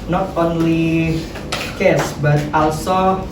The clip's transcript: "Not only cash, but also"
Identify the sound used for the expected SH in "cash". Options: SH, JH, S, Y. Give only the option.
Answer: S